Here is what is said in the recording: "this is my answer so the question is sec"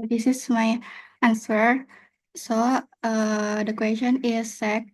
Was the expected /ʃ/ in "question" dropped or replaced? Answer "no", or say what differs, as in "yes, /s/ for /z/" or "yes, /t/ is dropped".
yes, /ʃ/ is dropped